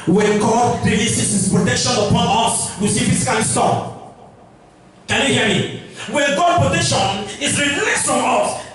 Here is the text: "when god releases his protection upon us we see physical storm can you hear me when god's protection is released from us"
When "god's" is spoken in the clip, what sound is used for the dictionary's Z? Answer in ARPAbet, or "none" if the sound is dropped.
none